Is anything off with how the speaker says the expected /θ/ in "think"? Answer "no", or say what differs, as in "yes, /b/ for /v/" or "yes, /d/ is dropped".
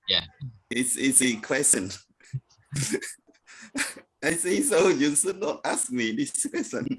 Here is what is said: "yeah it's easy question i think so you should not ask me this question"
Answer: yes, /s/ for /θ/